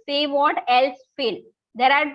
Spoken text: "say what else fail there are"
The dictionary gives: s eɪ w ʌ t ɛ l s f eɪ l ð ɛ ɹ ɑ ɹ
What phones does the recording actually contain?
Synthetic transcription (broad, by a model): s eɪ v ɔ t ɛ l s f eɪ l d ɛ ɹ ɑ ɹ